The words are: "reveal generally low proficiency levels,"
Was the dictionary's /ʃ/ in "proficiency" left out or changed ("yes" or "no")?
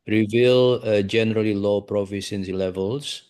yes